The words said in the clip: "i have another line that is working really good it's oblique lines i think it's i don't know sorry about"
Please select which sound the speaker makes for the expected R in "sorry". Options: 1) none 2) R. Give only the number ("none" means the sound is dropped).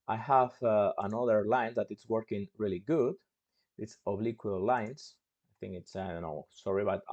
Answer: 2